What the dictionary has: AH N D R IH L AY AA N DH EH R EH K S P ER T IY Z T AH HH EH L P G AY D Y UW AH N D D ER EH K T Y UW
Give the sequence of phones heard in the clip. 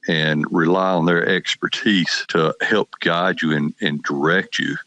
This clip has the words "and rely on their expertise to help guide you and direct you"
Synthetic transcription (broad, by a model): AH N R IH L AY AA N DH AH R EH K S P ER T IY Z T AH HH EH L P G AY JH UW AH N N D ER EH K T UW